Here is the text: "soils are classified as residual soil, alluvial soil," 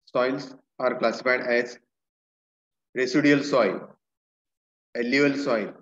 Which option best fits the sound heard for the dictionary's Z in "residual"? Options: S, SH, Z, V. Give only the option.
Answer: S